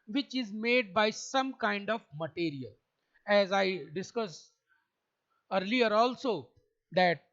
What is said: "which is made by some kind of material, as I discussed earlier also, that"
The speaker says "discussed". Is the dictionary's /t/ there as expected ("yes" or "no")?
no